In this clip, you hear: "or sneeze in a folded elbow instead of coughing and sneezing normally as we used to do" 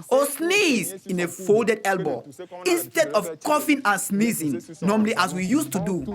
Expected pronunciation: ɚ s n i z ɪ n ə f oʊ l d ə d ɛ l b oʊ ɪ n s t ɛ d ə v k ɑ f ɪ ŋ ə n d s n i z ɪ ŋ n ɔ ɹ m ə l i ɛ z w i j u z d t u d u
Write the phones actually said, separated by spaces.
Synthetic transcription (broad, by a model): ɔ s n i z ɪ n ə f oʊ l d ə d ɛ l b oʊ ɪ n s t ɛ d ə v k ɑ f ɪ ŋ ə n s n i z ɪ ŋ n ɔ m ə l i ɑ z w i j u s t u d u